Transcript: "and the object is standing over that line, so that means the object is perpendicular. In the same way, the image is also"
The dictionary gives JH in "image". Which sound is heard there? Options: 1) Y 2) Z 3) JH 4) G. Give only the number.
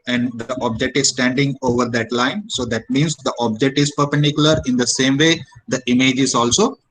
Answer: 3